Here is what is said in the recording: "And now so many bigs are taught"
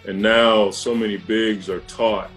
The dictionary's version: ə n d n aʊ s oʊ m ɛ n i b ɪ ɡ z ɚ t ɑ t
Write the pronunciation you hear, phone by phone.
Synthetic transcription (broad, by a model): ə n n aʊ s oʊ m ɛ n i b ɪ ɡ z ɚ t ɑ t